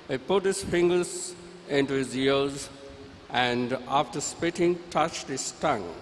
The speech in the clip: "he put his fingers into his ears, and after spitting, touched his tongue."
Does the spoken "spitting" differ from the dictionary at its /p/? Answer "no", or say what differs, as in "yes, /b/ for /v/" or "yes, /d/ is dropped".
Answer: no